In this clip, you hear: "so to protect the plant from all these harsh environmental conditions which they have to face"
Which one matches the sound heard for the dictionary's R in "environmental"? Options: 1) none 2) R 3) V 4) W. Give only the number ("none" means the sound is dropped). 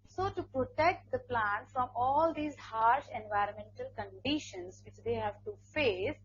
2